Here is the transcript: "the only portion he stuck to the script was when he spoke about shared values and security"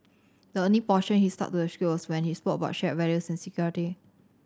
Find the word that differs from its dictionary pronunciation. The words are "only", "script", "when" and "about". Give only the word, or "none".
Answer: script